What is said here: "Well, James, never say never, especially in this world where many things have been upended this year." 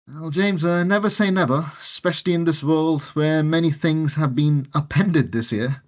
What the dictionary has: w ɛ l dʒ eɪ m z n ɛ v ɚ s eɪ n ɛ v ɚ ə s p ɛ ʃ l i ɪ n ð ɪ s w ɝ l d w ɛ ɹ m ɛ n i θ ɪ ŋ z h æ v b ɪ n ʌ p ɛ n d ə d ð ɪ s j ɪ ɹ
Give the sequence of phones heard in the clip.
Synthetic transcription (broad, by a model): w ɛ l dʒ eɪ m z n ɛ v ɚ s eɪ n ɛ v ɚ ə s p ɛ ʃ l i ɪ n ð ɪ s w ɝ l d w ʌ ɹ m ɛ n i θ ɪ ŋ z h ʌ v b ɪ n ʌ p ɛ n d ə d ð ɪ s j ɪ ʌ